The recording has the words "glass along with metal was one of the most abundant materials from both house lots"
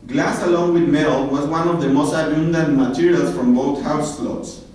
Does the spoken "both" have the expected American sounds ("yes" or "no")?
no